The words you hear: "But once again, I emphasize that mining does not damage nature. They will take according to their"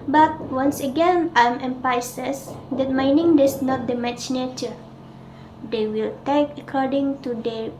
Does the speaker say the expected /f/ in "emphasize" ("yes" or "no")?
no